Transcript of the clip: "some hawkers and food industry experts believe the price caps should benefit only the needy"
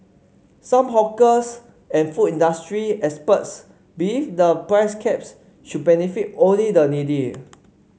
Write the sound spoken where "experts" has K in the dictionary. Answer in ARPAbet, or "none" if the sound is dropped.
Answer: none